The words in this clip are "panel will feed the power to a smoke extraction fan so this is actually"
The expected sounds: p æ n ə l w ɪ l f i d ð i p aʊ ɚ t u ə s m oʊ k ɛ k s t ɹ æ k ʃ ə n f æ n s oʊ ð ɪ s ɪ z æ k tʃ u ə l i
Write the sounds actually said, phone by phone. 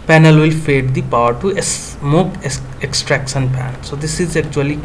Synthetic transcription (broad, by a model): p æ n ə l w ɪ l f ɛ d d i p aʊ ɚ t u ə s m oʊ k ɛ k s t ɹ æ k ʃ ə n p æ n s oʊ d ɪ s ɪ z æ k tʃ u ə l i